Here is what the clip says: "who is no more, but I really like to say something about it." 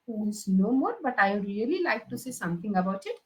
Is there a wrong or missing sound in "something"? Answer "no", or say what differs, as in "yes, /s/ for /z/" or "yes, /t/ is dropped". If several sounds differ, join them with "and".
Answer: yes, /t/ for /θ/